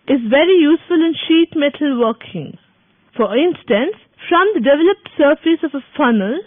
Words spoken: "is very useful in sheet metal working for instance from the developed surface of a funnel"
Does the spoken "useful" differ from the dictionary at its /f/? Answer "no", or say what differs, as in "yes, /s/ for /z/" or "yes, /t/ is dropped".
no